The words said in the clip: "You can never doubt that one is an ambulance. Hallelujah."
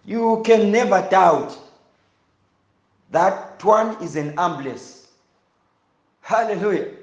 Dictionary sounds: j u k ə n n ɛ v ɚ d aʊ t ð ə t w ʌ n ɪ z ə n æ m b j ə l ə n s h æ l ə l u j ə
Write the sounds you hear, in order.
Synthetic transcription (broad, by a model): j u k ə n n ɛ v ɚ d aʊ t ð ə t w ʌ n ɪ z ə n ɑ m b l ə s h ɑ l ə l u j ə